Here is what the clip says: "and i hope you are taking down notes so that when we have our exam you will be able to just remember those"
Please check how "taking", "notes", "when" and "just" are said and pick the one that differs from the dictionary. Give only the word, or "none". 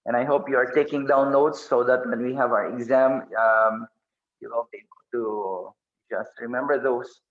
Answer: notes